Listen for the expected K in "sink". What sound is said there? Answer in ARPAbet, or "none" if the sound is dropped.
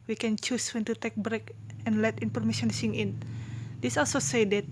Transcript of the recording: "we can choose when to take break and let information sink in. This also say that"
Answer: none